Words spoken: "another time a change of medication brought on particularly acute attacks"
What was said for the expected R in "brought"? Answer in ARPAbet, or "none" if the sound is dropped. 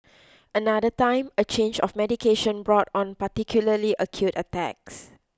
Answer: R